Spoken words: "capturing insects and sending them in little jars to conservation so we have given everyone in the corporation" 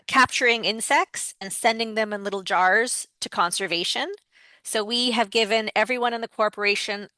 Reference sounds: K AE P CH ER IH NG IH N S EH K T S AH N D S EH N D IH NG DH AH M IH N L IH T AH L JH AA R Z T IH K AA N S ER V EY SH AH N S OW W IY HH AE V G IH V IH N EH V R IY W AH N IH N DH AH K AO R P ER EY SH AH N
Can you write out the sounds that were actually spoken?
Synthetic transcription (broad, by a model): K AE P CH ER IH NG IH N S EH K T S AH N S EH N D IH NG DH AH M IH N L IH T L JH AA R Z T IH K AA N S ER V EY SH AH N S OW W IY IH V G IH V IH N EH V R IY W AH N IH N DH AH K AO R P ER EY SH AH N